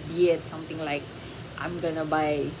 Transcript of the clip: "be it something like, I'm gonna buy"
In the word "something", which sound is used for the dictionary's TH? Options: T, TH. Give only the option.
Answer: T